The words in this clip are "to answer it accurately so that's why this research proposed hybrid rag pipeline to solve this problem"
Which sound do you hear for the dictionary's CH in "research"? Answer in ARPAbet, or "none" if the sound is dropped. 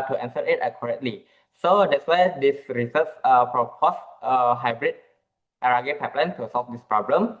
S